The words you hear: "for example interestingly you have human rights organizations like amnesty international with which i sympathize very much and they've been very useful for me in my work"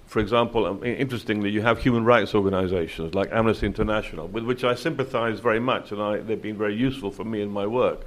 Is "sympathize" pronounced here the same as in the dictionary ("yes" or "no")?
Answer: yes